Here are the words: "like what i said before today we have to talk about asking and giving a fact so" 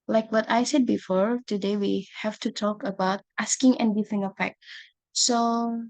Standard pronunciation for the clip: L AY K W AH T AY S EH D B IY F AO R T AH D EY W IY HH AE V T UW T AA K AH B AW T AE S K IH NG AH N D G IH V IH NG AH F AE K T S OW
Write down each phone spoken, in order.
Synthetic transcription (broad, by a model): L AY K W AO T AY S EH D B IY F AO R T AH D EY W IY HH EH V T UW T AA K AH B AW T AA S K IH NG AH N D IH F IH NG AH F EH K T S OW